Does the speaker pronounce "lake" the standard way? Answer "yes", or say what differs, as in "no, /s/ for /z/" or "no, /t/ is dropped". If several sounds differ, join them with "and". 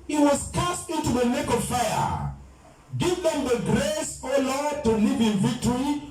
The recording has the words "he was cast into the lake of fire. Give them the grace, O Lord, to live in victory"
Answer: no, /n/ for /l/